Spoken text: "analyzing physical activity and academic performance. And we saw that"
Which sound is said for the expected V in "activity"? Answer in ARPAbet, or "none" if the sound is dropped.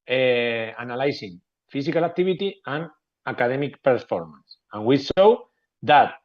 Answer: B